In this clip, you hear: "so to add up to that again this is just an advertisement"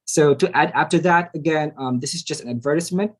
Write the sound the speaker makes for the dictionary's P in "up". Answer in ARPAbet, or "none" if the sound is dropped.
F